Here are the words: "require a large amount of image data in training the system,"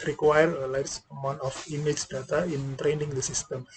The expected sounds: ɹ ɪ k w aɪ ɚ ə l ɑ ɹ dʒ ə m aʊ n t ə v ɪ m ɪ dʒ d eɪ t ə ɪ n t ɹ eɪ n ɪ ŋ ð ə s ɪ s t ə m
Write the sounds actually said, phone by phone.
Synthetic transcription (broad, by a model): ɹ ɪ k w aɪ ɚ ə l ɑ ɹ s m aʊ n ə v ɪ m ɪ dʒ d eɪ t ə ɪ n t ɹ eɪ n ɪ ŋ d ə s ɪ s t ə m